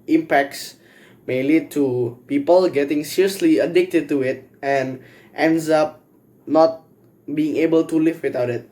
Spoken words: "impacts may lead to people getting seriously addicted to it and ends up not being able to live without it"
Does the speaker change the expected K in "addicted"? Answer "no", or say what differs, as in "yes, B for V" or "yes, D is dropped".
no